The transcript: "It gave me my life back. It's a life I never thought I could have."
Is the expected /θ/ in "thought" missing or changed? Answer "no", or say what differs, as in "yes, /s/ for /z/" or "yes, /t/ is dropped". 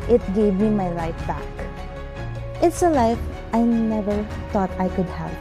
yes, /t/ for /θ/